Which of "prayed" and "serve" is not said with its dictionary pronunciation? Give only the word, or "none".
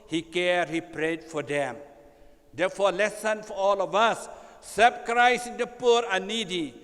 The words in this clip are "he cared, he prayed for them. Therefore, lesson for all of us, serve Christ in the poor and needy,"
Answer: serve